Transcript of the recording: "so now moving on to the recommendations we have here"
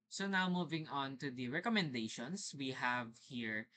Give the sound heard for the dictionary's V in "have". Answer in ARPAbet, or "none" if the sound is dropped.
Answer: V